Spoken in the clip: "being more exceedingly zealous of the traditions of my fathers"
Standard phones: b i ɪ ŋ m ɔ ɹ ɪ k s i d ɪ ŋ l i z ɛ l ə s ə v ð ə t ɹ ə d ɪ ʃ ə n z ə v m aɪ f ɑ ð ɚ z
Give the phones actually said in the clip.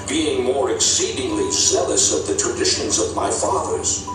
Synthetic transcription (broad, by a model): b i ɪ ŋ m ɔ ɹ ɪ k s i d ɪ ŋ l i z ɛ l ə s ə v ð ə t ɹ ə d ɪ ʃ ə n z ə v m aɪ f ɑ ð ɚ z